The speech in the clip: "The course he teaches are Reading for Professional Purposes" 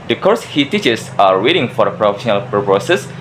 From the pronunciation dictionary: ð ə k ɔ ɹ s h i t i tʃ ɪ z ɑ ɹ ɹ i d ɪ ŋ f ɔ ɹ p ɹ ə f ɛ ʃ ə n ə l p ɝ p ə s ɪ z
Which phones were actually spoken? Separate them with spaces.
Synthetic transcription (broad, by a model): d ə k ɔ ɹ s h i t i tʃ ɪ s ɑ ɹ w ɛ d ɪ ŋ f ɔ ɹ p ɹ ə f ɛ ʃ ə n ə l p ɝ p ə s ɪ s